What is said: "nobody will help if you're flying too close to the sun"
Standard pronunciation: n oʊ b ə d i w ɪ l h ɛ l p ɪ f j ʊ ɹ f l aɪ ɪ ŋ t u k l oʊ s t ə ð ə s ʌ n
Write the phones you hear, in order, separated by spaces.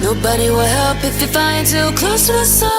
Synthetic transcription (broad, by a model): n oʊ b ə d i w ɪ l h ɛ l p ɪ f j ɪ f aɪ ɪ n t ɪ k l oʊ s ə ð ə s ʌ